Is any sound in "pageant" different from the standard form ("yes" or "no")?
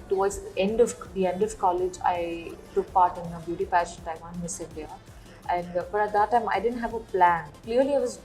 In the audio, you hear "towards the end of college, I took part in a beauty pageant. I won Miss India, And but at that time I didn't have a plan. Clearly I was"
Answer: yes